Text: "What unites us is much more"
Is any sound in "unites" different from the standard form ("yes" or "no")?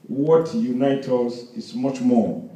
yes